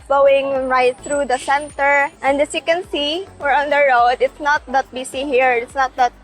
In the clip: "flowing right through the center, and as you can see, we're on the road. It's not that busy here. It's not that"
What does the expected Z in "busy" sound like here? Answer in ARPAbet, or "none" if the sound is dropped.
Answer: S